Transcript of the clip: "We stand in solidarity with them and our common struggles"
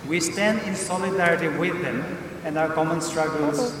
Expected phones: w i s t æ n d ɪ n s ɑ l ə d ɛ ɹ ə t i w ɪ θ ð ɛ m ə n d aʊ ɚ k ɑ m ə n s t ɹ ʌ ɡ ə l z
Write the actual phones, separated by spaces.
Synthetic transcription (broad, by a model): w i s t æ n d ɪ n s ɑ l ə d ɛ ɹ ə t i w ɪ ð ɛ m ə n d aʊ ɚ k ɑ m ə n s t ɹ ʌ ɡ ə l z